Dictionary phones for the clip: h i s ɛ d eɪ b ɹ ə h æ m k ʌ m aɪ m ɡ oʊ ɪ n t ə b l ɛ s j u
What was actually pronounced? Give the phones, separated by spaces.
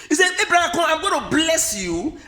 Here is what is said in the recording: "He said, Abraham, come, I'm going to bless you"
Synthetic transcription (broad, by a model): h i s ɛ eɪ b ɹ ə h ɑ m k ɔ aɪ m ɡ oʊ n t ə b l ɛ s j u